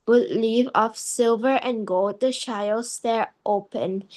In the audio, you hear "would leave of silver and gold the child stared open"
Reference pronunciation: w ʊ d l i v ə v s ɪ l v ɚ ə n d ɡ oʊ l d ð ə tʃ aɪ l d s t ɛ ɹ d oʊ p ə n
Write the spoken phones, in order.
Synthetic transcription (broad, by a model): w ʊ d l i v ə f s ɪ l v ɚ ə n ɡ oʊ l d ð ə ʃ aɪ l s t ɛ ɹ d oʊ p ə n